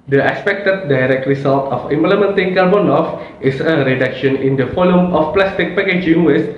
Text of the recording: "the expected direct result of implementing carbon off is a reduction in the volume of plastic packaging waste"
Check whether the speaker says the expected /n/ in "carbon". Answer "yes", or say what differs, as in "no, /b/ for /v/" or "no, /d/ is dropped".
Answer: yes